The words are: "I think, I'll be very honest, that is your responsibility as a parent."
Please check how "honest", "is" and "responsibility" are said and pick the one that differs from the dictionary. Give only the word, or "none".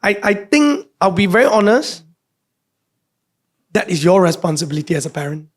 is